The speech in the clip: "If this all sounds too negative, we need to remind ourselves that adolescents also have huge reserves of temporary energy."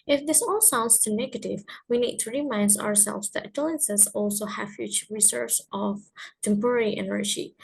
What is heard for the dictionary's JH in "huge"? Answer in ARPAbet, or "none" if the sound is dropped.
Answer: CH